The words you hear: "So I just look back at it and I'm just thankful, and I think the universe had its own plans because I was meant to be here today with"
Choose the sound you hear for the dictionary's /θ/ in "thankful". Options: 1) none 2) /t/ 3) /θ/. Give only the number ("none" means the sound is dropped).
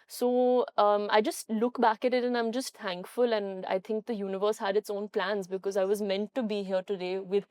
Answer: 2